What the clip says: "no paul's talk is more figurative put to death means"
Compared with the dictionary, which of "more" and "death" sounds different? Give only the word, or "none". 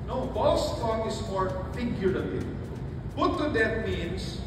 death